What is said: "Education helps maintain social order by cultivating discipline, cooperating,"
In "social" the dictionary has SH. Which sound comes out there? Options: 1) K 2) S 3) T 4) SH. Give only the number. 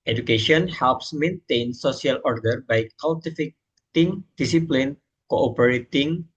2